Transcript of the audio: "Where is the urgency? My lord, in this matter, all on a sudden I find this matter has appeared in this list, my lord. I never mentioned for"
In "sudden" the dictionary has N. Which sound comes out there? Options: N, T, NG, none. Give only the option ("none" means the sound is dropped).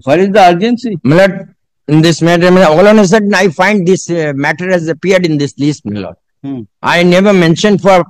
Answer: none